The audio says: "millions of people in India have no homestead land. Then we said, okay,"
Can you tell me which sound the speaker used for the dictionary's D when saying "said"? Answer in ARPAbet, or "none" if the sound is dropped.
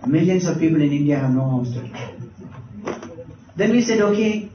D